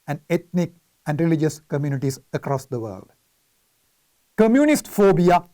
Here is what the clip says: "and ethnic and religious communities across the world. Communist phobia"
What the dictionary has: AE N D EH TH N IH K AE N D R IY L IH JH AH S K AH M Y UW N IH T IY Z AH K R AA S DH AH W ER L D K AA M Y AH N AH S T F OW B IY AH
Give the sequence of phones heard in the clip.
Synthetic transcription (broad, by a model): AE N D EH T N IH K AE N D R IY L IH JH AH S K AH M Y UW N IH T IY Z AH K R AA S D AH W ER L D K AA M Y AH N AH S T F OW B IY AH